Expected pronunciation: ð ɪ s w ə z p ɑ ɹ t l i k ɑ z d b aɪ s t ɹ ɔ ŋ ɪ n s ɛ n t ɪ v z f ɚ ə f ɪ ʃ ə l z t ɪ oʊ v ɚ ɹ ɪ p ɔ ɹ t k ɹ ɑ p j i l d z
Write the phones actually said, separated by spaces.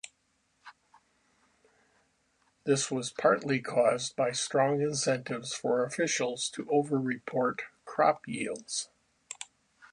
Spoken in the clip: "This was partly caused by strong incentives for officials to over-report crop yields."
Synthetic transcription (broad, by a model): ð ɪ s w ə z p ɑ ɹ t l i k ɑ z b aɪ s t ɹ ɔ ŋ ɪ n s ɛ n t ɪ v z f ɚ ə f ɪ ʃ l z t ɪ oʊ v ɚ ɹ ɪ p ɔ ɹ t k ɹ ɑ p j i l d z